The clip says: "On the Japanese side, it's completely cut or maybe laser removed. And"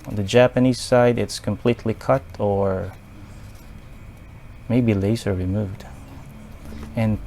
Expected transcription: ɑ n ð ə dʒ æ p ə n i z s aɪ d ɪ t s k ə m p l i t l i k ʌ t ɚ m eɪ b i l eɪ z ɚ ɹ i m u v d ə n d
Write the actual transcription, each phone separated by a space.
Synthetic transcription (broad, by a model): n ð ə dʒ æ p ə n i z s aɪ d ɪ t s k ə m p l i t l i k ʌ t ɚ m eɪ b i l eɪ s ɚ ɹ i m u v d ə n